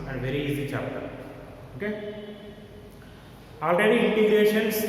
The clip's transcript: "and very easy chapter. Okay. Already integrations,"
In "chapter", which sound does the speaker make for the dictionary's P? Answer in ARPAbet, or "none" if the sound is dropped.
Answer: none